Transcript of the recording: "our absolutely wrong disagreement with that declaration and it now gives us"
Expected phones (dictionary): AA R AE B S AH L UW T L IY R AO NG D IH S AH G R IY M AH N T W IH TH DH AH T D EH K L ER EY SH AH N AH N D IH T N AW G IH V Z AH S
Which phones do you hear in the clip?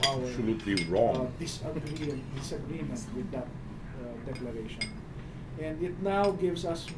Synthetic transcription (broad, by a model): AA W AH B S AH L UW T L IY R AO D D IH S AH G R IY M AH N T W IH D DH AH T D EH K L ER EY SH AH N AH N D IH T N AW G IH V S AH S